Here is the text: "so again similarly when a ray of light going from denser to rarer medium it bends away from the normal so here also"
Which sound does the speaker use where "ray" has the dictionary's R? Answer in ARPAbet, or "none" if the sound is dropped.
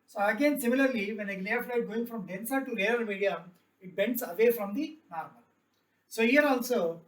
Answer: L